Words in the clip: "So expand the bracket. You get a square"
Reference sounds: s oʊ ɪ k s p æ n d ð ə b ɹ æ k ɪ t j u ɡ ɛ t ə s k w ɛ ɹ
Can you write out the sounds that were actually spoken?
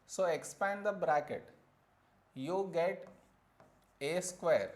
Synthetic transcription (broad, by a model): s oʊ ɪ k s p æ n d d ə b ɹ æ k ɪ t j u ɡ ɛ t ə s k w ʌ ɹ